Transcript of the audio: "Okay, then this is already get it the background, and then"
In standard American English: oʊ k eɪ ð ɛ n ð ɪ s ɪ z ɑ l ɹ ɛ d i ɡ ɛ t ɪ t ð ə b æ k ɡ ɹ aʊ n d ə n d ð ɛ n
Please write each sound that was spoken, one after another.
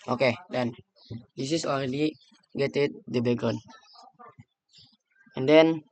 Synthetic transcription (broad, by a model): oʊ k eɪ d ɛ n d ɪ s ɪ s ɑ l ɹ ɛ d i ɡ ɛ t ɪ t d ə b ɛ ɡ ɔ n ə n d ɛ n